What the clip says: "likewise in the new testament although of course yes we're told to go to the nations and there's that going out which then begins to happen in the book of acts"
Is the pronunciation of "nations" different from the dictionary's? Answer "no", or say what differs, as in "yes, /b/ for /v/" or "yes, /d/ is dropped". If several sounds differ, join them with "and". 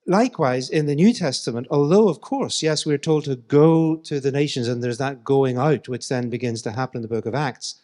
no